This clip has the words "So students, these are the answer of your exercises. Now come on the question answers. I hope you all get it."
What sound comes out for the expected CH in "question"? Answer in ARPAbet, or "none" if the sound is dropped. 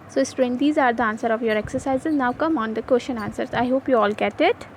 SH